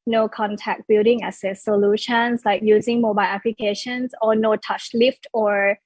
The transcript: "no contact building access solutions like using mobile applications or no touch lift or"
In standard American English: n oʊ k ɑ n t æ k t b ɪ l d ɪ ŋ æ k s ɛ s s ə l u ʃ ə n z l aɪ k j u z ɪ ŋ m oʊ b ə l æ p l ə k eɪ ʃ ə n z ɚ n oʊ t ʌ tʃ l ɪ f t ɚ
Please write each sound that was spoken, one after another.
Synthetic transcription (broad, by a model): n oʊ k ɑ n t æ k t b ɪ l d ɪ ŋ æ s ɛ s s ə l u ʃ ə n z l aɪ k j u z ɪ ŋ m oʊ b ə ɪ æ p l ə k eɪ ʃ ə n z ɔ n oʊ t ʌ tʃ l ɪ f t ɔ